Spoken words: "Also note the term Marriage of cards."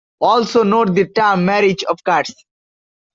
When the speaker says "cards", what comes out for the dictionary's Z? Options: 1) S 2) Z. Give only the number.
1